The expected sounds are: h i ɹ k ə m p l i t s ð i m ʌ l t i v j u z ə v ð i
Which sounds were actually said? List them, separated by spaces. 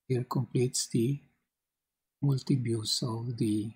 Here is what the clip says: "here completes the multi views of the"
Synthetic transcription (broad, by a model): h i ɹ k ə m p l i t s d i m ʌ l t i b j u s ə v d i